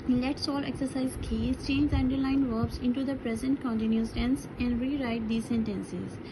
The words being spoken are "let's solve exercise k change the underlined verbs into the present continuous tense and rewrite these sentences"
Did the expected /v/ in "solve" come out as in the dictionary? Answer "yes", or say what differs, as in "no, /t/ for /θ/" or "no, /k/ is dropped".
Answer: no, /v/ is dropped